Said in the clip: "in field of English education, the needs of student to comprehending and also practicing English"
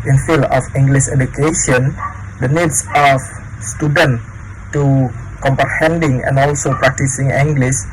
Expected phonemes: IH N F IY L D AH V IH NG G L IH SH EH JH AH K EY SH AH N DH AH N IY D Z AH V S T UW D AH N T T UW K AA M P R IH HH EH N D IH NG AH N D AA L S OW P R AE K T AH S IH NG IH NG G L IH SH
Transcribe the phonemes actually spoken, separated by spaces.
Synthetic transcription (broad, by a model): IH N F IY L AH F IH NG G L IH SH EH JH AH K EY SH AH N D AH N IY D S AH F S T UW D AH N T T UW K AA M P R IH HH EH N D IH NG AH N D AA L S OW P R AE K T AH S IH NG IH NG G L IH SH